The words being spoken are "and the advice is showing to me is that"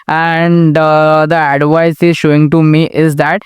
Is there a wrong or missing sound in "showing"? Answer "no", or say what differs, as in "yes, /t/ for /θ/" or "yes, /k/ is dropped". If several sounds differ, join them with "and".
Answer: no